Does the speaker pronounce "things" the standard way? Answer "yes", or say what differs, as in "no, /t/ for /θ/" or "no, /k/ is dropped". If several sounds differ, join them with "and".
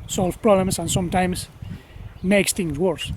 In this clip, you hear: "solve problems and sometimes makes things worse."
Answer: no, /t/ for /θ/